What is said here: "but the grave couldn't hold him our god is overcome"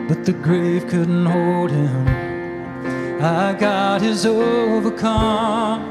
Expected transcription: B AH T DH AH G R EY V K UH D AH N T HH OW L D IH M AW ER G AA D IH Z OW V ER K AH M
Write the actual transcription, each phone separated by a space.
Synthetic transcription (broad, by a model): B AH T DH AH G R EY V K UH D N T HH OW L D IH M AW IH G AA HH IH Z OW V ER K AH M